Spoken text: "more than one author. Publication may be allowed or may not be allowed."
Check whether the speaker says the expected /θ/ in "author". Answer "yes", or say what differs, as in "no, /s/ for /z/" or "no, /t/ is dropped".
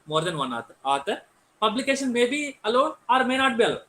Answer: no, /t/ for /θ/